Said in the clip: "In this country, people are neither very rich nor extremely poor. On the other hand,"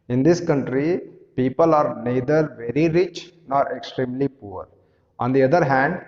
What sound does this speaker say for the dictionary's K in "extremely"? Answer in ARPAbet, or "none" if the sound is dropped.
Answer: K